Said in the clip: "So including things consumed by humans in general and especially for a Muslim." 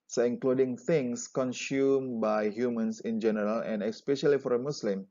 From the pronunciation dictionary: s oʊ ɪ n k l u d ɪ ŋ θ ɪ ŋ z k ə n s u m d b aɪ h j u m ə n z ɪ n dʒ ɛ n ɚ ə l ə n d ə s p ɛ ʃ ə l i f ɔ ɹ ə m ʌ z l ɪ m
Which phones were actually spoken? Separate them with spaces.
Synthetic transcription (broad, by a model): s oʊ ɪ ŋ k l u d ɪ ŋ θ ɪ ŋ s k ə n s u m b aɪ h j u m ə n s ɪ n dʒ ɛ n ɚ ə l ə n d ə s p ɛ ʃ ə l i f ɔ ɹ ə m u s l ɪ m